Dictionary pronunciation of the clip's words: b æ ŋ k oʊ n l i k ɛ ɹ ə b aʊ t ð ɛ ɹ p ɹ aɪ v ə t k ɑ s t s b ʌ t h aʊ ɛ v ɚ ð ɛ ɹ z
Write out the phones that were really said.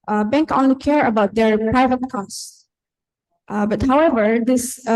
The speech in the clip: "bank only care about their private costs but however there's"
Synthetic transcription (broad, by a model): b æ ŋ k oʊ n l i k ɛ ɹ ə b aʊ t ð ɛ ɹ p ɹ aɪ v ə t k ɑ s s b ʌ t h aʊ ɛ v ɚ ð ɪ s